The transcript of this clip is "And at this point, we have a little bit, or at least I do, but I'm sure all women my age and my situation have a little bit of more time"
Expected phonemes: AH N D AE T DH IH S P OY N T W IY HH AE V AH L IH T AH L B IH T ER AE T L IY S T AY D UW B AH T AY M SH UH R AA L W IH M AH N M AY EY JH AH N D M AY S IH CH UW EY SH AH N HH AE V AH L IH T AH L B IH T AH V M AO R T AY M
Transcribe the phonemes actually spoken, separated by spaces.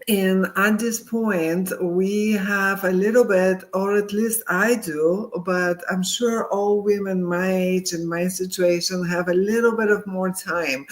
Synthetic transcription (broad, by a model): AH N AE T DH IH S P OY N T W IY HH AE V AH L IH T L B IH T ER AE T L IY S T AY D UW B AH T AY M SH UH R AA L W IH M AH N M AY EY JH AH N M AY S IH CH UW EY SH AH N HH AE V AH L IH T L B IH T AH V M AO R T AY M